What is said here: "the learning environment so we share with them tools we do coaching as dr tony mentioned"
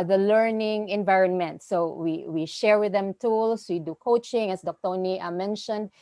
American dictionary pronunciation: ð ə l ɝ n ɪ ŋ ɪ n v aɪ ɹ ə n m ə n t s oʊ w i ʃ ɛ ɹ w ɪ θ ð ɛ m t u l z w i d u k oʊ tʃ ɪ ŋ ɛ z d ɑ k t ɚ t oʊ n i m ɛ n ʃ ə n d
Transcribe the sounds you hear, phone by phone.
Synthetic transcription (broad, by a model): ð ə l ɝ n ɪ ŋ ɪ n v aɪ ɹ ə n m ə n t s oʊ w i ʃ ɛ ɹ w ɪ ð ɛ m t u l s w i d u k oʊ tʃ ɪ ŋ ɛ s d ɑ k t t oʊ n i m ɛ n ʃ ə n d